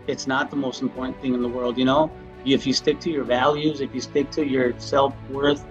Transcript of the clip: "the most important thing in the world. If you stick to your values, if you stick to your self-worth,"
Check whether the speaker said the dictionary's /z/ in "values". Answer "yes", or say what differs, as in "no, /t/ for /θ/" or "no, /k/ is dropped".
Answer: yes